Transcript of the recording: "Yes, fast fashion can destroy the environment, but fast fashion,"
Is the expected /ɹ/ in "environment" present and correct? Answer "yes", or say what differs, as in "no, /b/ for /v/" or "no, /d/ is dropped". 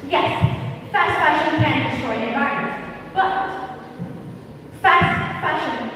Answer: no, /ɹ/ is dropped